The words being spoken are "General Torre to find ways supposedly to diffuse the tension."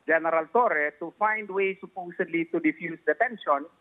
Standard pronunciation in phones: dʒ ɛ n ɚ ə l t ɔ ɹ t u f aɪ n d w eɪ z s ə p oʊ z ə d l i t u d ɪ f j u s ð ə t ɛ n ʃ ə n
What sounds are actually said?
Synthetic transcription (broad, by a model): dʒ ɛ n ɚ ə l t ɔ ɹ t u f aɪ n d w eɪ s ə p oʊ s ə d l i t u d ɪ f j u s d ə t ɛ n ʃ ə n